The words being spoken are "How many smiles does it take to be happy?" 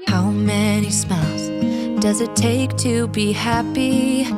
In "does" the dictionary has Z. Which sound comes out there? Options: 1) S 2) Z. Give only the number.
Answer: 2